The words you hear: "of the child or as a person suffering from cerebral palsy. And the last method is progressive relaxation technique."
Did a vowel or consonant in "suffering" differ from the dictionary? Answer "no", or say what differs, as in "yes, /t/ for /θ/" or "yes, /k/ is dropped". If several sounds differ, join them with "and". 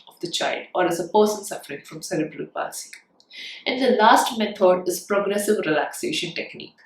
no